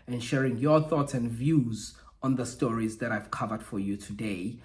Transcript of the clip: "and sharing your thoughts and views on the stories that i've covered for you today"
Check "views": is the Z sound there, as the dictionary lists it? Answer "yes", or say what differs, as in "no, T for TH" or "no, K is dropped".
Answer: yes